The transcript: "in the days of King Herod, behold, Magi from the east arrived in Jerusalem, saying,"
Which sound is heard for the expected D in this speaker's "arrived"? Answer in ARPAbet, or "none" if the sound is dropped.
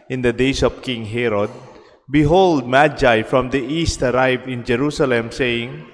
none